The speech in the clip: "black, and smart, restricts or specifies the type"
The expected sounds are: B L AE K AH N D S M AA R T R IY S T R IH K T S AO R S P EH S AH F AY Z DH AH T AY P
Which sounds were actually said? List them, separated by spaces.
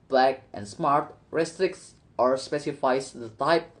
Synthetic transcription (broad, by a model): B L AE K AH N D S M AA R T R IY S T R IH K T S AO R S P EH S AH F AY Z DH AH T AY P